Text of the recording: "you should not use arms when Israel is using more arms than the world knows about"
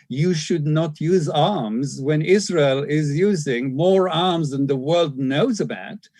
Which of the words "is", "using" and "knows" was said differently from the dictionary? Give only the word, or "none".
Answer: none